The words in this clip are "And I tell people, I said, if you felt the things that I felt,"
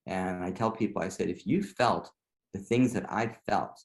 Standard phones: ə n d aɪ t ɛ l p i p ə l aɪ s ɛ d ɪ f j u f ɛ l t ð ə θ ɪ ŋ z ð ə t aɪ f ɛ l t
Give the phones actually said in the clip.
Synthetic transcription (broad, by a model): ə n aɪ t ɛ l p i p l aɪ s ɛ d ɪ f j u f ɛ l t ð ə θ ɪ ŋ z ð ə t aɪ f ɛ l t